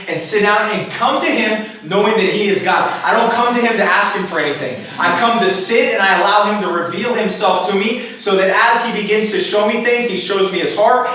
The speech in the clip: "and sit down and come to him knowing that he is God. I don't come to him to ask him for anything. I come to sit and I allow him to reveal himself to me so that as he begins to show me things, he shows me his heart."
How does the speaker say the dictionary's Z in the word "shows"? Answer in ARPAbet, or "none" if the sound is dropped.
Z